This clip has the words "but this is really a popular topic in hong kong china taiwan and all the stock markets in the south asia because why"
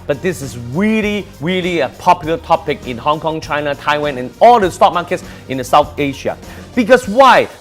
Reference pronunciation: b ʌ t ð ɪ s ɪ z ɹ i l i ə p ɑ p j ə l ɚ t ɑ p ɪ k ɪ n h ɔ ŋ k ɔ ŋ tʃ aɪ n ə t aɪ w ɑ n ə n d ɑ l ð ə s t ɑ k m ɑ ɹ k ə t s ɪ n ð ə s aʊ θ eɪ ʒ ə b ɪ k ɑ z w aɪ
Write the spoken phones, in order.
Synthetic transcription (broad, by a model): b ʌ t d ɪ s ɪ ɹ ɹ i l i ə p ɑ p j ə l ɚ t ɑ p ɪ k ɪ n h ɔ ŋ k ɔ ŋ tʃ aɪ n ə t aɪ w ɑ n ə n ɑ l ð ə s t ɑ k m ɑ k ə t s ɪ n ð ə s aʊ θ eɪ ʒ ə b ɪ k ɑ s w aɪ